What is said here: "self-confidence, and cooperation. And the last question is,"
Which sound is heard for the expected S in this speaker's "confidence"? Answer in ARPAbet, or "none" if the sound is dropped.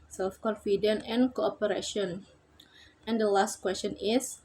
none